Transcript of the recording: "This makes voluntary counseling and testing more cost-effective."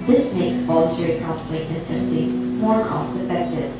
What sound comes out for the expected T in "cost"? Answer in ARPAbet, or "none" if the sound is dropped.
T